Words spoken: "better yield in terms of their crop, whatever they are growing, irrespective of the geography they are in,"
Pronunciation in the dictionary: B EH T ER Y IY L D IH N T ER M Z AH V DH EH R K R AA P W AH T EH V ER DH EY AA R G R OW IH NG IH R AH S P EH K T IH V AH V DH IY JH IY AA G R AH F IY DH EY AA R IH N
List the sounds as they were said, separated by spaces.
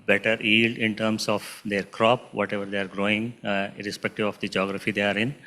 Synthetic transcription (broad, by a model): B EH T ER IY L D IH N T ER M S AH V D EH R K R AA P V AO T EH V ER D EY AA R G R OW IH NG R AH S P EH K T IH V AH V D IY JH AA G R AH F IY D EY AA R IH N